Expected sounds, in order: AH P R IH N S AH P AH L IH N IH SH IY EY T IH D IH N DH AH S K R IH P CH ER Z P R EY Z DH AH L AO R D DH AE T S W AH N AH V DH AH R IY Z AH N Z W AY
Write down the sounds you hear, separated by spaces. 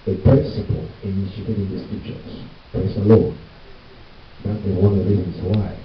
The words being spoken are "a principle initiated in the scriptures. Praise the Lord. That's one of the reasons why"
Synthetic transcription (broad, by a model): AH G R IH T S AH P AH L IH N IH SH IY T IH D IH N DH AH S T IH CH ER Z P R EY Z DH AH L AO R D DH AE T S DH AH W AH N DH AH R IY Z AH N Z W AY